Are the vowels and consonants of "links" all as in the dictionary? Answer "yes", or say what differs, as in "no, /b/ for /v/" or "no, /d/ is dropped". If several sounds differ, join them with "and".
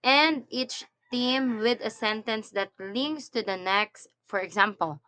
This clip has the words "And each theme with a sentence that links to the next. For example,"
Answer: no, /k/ is dropped